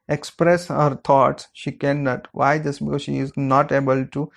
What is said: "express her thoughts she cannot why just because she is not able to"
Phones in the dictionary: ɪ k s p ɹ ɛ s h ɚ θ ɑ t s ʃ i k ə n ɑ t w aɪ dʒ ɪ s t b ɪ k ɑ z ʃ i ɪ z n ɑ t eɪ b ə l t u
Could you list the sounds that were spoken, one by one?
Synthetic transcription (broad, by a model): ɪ k s p ɹ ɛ s h ɚ t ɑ t s ʃ i k ə n ɑ t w aɪ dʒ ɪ s b ɪ k ɑ z ʃ i ɪ z n ɑ t eɪ b ə l t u